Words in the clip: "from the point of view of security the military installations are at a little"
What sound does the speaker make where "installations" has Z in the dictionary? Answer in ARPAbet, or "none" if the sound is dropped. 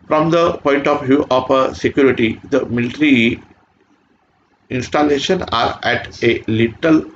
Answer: none